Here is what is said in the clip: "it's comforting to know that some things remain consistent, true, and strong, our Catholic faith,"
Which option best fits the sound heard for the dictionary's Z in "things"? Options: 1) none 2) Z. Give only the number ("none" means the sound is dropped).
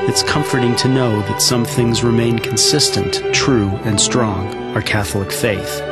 2